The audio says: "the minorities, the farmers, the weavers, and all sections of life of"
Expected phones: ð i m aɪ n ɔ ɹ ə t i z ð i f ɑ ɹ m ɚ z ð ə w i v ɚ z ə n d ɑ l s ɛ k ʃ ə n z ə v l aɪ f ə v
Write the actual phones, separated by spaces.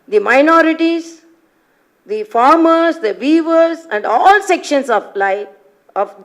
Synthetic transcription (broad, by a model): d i m aɪ n ɔ ɹ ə t i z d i f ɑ ɹ m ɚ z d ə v i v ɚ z ə n d ɑ l s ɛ k ʃ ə n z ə l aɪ ə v